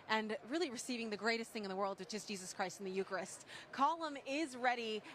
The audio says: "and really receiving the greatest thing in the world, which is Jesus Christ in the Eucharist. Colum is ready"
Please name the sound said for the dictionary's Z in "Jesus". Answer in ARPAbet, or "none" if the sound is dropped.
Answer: Z